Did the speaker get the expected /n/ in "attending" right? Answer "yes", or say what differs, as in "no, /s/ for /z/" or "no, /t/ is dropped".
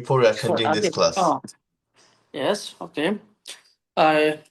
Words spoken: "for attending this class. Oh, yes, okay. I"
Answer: no, /n/ is dropped